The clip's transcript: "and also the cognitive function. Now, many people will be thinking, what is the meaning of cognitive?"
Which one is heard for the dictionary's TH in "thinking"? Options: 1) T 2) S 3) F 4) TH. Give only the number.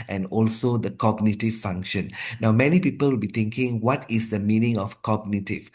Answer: 1